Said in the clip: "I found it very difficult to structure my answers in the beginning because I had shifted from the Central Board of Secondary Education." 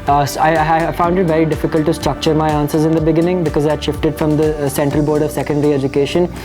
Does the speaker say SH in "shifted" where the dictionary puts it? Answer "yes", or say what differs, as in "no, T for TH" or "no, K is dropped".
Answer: yes